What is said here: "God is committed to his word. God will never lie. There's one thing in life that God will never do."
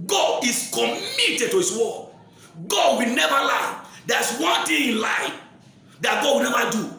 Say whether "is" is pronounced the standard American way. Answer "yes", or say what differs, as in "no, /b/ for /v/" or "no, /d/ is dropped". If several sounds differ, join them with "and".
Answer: no, /s/ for /z/